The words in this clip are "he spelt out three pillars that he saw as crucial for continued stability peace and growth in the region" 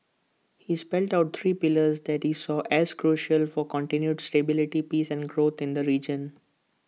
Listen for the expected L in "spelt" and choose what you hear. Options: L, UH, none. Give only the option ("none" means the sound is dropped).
L